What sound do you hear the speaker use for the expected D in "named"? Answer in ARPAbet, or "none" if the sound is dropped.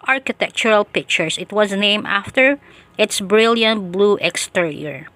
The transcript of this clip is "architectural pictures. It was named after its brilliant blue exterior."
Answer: none